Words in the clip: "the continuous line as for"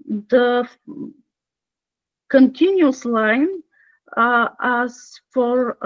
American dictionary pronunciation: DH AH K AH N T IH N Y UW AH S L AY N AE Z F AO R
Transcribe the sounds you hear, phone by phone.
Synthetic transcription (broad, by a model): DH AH K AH N T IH N Y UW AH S L AY N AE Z F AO R